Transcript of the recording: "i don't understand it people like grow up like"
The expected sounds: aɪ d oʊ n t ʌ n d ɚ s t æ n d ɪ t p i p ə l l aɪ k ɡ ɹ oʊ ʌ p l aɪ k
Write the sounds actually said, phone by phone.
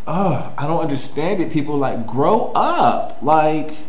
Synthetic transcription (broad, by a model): aɪ d oʊ n t ʌ n d ɚ s t æ n d ɪ t p i p l l aɪ k ɡ ɹ oʊ ʌ p l aɪ k